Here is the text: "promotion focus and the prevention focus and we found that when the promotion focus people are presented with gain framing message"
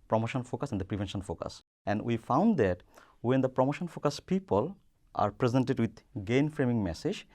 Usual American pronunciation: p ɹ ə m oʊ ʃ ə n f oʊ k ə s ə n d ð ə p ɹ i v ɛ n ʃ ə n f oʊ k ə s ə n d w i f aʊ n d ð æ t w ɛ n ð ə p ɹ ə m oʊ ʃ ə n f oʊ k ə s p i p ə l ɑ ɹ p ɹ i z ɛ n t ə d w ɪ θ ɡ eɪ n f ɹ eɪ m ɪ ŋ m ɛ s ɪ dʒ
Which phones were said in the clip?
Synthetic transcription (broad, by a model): p ɹ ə m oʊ ʃ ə n f oʊ k ə s ə n d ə p ɹ i v ɛ n ʃ ə n f oʊ k ə s ə n d w i f aʊ n d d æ t w ɛ n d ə p ɹ ə m oʊ ʃ ə n f oʊ k ə s p i p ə l ɑ ɹ p ɹ i z ɛ n t ə d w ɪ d ɡ eɪ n f ɹ eɪ m ɪ ŋ m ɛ s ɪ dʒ